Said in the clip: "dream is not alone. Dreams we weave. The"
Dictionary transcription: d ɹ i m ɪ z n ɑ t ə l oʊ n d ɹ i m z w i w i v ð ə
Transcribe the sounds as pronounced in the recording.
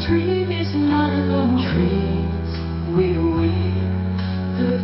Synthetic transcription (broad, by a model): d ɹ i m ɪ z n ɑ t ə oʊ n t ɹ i z w i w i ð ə